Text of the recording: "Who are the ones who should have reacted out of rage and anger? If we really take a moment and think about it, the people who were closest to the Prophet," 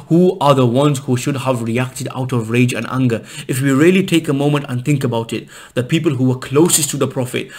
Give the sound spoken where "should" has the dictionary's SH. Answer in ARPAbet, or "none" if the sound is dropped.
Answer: SH